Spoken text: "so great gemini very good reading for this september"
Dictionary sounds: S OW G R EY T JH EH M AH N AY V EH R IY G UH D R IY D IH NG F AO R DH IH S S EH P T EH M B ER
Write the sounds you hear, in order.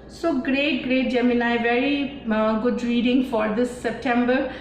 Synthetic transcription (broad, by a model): S OW G R EY T JH EH M AH N AY V EH R IY G UH D R IY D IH NG F AO R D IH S S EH P T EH M B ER